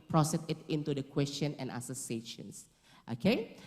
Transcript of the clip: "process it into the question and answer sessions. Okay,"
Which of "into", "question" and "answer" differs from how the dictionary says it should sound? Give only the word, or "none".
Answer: answer